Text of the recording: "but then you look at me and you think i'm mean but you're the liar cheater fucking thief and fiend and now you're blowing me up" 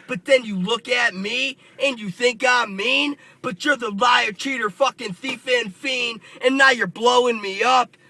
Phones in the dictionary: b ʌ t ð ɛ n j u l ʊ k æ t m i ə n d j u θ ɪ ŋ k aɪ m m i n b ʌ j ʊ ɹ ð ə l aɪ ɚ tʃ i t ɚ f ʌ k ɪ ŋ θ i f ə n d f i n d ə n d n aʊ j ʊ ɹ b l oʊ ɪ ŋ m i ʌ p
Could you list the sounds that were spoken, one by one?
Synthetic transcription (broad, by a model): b ʌ t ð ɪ n j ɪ l ʊ k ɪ t m i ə n j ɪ θ ɪ ŋ k aɪ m m i n b ʌ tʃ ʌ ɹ ð ə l aɪ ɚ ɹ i t ɚ f ʌ k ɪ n θ i f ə n f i n ə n n aʊ j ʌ ɹ b l oʊ ɪ ŋ m i ʌ p